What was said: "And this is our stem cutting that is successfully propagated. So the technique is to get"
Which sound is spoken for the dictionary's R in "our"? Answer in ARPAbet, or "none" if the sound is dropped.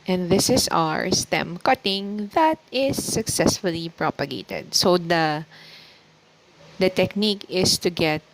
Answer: R